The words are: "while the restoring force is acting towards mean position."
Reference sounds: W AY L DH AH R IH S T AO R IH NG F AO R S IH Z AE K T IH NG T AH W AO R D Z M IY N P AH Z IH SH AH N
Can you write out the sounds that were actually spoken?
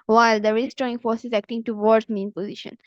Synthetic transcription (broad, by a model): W AY L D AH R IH S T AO IH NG F AO R S IH Z AE K T IH NG T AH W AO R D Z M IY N P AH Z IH SH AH N